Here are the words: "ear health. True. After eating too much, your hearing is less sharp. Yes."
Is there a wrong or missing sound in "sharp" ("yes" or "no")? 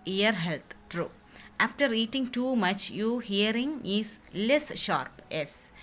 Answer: no